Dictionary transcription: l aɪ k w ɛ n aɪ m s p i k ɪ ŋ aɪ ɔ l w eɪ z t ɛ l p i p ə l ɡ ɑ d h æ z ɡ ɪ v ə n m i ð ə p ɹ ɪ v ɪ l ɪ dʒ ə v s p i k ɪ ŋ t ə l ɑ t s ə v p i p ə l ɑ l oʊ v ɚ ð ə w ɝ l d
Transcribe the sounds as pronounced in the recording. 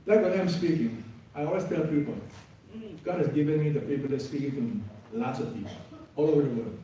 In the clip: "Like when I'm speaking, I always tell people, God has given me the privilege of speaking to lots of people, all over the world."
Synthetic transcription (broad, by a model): l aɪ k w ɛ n aɪ m s p i k ɪ ŋ aɪ ɔ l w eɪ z t ɛ l p i p ə l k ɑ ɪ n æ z ɡ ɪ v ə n m i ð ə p i p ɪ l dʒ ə s p i k ɪ ŋ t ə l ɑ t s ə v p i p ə ɑ l oʊ v ɚ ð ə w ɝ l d